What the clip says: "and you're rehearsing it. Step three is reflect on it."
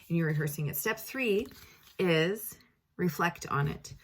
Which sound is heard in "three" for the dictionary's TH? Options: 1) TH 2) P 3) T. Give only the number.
1